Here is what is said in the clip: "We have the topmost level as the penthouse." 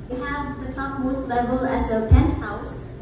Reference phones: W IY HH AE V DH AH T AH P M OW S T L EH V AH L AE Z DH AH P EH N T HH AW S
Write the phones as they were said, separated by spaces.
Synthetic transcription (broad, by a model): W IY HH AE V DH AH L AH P M OW S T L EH B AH L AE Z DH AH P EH N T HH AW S